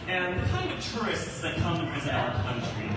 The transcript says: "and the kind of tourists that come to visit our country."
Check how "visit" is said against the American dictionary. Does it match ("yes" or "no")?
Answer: no